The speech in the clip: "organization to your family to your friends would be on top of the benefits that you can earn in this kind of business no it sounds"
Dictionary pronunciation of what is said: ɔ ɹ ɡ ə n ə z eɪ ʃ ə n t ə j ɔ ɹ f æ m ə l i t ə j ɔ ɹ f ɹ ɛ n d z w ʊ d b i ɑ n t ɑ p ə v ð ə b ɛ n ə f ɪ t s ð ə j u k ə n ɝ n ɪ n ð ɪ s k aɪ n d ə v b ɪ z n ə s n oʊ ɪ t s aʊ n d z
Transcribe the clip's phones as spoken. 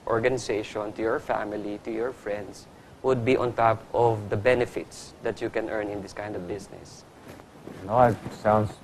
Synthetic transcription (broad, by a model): ɔ ɹ ɡ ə n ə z eɪ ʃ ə n t ə j ɔ ɹ f æ m ə l i t ə j ɔ ɹ f ɹ ɛ n d s w ʊ d b i ɑ n t ɑ p ə v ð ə b ɛ n ə f ɪ t s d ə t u k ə n ɝ n ɪ n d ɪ s k aɪ n d ə v b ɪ s n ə s n oʊ ɪ t s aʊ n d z